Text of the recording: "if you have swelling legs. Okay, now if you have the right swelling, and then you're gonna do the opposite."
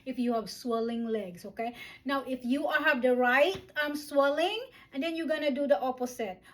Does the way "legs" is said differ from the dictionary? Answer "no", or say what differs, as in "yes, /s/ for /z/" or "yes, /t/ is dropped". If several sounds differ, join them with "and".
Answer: yes, /s/ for /z/